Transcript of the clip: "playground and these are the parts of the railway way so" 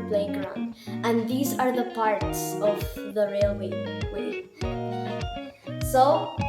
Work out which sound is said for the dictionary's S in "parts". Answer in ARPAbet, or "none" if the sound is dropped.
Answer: S